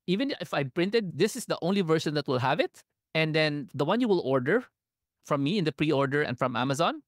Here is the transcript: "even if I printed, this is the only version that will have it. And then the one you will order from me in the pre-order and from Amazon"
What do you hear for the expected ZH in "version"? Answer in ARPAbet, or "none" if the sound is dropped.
SH